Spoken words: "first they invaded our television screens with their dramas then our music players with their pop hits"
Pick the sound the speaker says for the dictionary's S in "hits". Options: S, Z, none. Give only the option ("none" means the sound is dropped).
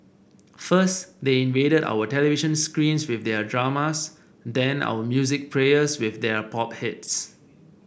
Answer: S